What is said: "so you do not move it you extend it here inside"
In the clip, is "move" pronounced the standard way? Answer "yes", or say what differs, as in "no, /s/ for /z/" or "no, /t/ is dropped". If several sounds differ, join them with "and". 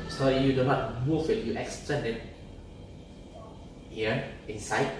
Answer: no, /f/ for /v/